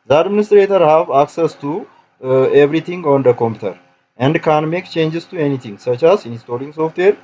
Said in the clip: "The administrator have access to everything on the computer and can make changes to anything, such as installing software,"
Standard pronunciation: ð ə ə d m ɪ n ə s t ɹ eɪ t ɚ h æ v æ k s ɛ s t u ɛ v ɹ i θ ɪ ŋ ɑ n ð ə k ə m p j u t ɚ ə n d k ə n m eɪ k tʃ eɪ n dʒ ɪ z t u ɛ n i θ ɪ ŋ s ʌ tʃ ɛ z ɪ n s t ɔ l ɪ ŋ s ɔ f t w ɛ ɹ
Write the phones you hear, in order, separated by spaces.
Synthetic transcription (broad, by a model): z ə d m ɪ n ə s t ɹ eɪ t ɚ h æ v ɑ k s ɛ s t u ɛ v ɹ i t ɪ ŋ ɑ n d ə k ə m p j u t ɚ ə n d k ə n m eɪ k tʃ eɪ n dʒ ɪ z t u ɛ n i t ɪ ŋ s ʌ tʃ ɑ s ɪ n s t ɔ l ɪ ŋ s ɔ f t w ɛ ɹ